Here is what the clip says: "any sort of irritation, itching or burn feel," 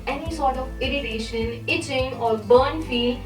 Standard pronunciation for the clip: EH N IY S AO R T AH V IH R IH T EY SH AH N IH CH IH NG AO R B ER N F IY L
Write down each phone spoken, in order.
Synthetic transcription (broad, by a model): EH N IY S AO R T AH V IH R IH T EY SH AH N IH CH IH NG AO R B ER N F IY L